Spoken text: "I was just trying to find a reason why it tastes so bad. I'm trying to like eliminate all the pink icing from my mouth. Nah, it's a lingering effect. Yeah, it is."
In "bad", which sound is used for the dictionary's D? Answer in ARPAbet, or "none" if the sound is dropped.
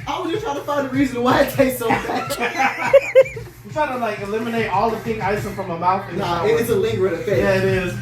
none